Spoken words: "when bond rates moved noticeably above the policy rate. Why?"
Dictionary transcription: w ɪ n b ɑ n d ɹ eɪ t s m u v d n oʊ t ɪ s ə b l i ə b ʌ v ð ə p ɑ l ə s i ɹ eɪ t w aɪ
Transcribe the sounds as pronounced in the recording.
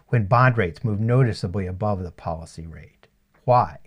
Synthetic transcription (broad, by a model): w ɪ n b ɑ n d ɹ eɪ t s m u v n oʊ t ɪ s ə b l i ə b ʌ v ð ə p ɑ l ə s i ɹ eɪ t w aɪ